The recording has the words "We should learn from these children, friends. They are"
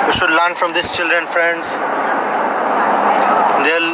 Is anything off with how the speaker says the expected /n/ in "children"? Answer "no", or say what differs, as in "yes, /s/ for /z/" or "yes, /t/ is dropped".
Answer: no